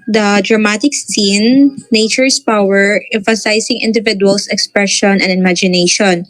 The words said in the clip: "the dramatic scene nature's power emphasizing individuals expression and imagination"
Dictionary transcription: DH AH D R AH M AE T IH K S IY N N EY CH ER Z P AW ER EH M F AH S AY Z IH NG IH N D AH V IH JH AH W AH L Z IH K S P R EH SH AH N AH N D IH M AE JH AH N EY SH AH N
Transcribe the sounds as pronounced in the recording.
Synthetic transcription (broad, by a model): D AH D R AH M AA T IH K S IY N N EY CH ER S P AW ER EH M F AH S AY S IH NG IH N D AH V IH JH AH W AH L S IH K S P R EH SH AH N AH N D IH M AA JH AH N EY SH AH N